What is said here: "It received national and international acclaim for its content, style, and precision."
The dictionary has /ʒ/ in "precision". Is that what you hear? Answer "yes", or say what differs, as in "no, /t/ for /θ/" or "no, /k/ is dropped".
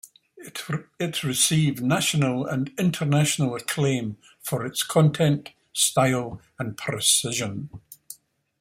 yes